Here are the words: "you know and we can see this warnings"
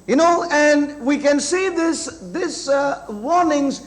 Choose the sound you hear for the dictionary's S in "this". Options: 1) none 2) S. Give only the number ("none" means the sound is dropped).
2